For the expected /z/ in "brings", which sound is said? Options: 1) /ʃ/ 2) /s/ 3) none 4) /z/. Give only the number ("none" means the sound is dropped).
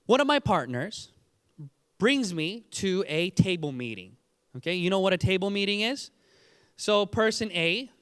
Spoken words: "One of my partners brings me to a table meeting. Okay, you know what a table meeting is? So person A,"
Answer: 4